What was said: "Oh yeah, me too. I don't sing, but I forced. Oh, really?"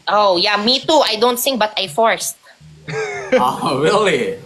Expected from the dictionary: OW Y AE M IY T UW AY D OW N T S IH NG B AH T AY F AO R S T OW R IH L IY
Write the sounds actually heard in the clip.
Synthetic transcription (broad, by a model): OW Y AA M IY T UW AY D OW N T S IH NG B AH T AY F AO R S T OW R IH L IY